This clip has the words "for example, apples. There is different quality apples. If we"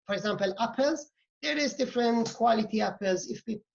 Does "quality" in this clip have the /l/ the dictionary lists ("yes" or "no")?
yes